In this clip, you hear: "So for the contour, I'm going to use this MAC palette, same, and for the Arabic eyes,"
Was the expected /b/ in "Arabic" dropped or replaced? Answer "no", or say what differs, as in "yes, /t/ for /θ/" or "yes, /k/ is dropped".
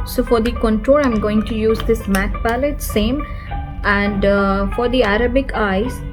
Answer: no